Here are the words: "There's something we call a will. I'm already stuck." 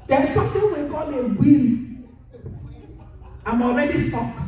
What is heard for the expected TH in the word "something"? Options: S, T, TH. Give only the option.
T